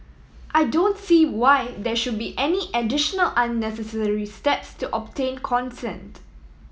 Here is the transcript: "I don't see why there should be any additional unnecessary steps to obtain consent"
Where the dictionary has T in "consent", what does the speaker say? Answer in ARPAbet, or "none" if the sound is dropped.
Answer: T